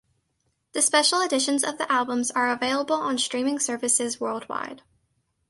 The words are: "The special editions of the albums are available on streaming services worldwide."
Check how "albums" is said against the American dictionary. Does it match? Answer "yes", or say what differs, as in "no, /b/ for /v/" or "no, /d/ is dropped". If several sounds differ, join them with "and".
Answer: yes